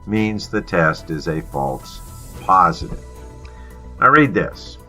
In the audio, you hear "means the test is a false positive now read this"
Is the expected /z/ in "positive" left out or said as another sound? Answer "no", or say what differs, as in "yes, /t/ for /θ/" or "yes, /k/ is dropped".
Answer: no